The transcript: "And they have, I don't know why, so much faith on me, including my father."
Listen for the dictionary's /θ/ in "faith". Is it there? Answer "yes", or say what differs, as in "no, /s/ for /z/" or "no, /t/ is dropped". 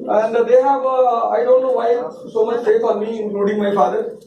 no, /f/ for /θ/